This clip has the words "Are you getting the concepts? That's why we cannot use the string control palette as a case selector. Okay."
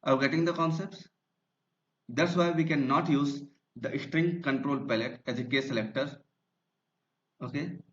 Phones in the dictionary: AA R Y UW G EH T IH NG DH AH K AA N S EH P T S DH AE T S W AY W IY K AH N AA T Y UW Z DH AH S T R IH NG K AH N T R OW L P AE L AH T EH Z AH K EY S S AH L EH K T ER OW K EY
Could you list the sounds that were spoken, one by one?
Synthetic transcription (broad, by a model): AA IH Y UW G EH T IH NG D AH K AA N S EH P T S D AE T S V AY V IY K AH N AA T Y UW Z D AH S T R IH NG K AH N T R OW L P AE L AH T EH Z AH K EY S S AH L EH K T ER OW K EY